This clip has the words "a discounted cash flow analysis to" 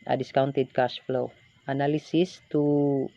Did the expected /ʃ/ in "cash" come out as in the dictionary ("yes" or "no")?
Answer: no